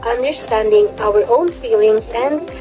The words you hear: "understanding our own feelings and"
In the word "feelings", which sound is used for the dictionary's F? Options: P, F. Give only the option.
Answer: F